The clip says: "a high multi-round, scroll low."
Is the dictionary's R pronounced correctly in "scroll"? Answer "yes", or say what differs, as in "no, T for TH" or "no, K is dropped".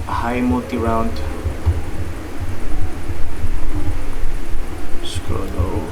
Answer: no, R is dropped